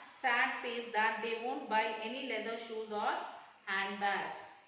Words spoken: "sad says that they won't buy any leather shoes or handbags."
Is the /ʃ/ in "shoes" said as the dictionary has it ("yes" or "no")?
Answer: yes